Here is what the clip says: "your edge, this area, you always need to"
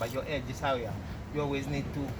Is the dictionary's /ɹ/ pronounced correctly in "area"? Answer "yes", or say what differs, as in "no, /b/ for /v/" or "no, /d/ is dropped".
no, /w/ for /ɹ/